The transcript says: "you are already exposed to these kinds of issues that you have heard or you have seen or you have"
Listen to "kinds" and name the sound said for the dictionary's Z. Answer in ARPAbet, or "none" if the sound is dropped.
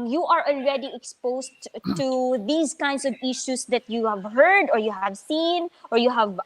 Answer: S